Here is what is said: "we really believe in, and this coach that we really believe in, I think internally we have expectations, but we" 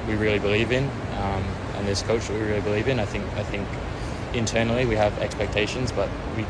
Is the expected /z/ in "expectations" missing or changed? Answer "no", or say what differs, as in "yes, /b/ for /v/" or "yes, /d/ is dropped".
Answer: no